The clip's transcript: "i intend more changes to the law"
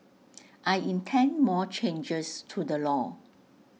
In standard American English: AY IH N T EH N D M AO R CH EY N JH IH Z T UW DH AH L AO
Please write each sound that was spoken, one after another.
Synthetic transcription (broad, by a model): AY IH N T EH N D M AO CH EY N JH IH S T UW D AH L AO